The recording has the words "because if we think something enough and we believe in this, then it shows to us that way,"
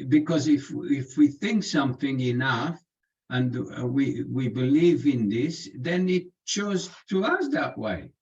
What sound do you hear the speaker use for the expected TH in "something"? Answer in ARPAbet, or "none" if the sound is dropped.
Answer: TH